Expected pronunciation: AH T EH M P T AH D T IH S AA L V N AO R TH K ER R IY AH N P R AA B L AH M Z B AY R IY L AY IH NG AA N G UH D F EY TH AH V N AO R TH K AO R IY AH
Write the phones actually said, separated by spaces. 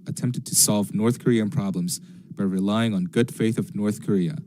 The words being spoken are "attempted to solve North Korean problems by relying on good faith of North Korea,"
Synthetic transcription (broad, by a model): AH T EH M P T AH D T IH S AA L V N AO R TH K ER R IY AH N P R AA B L AH M Z B AY R IY L AY IH NG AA N G UH D F EY TH AH V N AO R TH K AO R IY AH